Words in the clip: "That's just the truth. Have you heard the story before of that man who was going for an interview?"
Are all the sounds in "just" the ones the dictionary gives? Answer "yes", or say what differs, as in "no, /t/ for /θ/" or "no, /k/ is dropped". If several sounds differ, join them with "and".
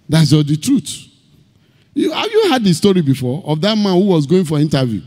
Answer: no, /z/ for /dʒ/